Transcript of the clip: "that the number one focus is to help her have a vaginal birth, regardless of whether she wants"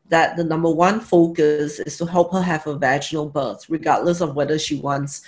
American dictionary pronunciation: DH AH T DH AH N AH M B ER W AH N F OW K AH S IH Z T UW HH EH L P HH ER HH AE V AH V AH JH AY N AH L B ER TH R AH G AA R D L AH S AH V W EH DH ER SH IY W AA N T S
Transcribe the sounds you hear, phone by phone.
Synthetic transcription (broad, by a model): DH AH T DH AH N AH M B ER W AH N F OW K AH S IH S T UW HH EH L P HH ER HH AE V AH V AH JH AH N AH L B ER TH R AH G AA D L AH S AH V W EH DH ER SH IY W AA N T S